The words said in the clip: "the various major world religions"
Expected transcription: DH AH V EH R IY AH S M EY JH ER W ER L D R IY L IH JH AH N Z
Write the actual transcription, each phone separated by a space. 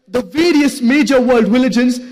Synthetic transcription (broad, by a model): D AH V EH R IY AH S M EY JH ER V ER L D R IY L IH JH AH N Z